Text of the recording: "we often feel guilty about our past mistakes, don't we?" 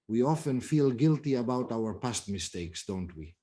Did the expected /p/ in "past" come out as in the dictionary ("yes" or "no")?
yes